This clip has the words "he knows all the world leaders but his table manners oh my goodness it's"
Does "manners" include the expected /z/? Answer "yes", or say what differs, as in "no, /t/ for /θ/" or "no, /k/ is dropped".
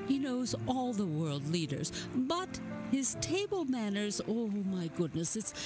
yes